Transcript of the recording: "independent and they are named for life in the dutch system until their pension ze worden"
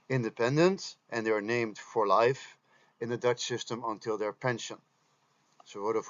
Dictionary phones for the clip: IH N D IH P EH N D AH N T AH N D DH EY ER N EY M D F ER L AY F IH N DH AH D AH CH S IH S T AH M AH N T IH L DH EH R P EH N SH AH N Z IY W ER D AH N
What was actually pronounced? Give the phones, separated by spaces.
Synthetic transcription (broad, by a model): IH N D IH P EH N D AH N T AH N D DH EY ER N EY M D F ER L AY F IH N DH AH D AH CH S IH S T AH M AH N T IH L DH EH R P EH N SH AH N S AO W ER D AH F